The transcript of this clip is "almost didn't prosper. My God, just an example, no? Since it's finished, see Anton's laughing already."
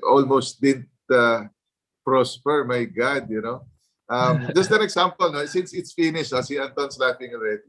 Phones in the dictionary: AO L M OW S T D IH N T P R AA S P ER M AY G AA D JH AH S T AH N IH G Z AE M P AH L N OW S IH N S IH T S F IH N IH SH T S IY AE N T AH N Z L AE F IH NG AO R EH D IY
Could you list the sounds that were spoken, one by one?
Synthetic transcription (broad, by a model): AO L M OW S T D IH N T P R AA S P ER M AY G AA D JH AH S T AH N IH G S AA M P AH L N OW S IH N S IH T S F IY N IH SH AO S IY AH N T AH N S L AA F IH NG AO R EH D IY